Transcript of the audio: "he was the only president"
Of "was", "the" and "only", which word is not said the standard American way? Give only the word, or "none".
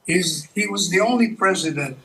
none